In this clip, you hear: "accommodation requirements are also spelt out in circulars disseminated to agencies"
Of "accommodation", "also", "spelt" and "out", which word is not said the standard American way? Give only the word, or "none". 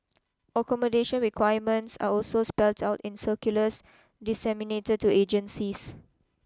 none